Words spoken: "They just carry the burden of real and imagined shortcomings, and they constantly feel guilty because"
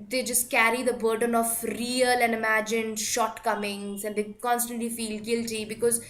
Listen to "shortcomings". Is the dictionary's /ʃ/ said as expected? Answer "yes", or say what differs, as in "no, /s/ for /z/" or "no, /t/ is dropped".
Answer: yes